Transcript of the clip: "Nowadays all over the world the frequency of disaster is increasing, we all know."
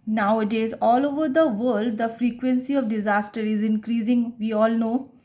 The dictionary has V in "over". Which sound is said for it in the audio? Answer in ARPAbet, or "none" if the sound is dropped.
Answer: V